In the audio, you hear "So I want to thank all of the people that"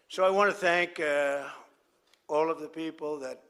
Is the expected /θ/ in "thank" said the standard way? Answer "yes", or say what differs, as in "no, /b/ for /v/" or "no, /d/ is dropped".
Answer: yes